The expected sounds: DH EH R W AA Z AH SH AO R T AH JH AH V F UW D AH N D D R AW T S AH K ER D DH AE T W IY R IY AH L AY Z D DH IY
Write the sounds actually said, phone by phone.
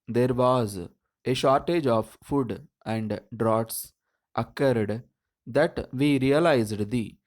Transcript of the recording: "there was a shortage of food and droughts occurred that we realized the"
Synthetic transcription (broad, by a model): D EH R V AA Z AH SH AO R T AH JH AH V F UW D AH N D D R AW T S AH K ER D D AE T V IY R IY AH L AY Z D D IY